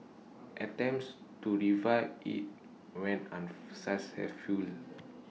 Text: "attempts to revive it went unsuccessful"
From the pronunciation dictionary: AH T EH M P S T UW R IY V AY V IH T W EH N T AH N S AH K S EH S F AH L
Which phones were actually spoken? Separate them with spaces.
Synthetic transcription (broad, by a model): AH T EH M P S T UW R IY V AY IH T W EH N AH N S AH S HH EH F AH L